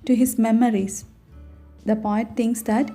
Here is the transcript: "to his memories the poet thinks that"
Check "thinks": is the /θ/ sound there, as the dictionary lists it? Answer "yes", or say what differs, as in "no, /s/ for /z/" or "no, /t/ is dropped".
no, /t/ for /θ/